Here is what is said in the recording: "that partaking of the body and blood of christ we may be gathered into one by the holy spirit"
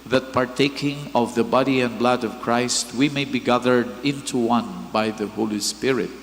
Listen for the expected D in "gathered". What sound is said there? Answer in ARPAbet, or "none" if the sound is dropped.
D